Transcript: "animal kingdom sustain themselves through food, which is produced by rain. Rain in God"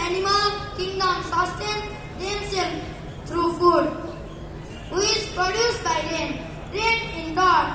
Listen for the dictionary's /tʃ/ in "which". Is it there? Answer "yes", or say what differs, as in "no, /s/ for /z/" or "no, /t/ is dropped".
no, /tʃ/ is dropped